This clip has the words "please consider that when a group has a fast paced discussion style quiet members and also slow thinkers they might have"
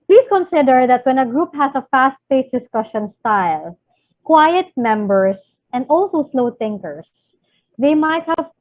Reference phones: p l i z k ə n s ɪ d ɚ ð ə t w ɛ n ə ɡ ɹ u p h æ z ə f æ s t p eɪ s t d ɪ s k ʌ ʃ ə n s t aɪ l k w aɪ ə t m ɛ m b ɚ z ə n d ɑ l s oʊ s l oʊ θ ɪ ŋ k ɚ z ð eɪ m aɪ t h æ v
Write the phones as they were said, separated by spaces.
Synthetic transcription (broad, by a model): p l i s k ə n s ɪ d ɚ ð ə t w ɛ n ə ɡ ɹ u p h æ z ə f æ s t f eɪ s d ɪ s k ʌ ʃ ə n s t aɪ l k w aɪ ə t m ɛ m b ɚ s ə n d ɑ l s oʊ s l oʊ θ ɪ ŋ k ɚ s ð eɪ m aɪ t h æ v